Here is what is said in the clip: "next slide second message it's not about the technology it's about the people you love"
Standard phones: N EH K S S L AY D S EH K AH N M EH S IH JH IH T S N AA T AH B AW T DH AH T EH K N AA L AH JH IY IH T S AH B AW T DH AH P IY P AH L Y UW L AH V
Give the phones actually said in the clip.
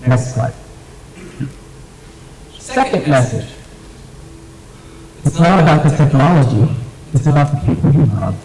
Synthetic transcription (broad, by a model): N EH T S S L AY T S EH K AH N M EH S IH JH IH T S L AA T AH B AW T DH AH T EH K N AA L AH JH IY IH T AH B AW T DH AH P IY P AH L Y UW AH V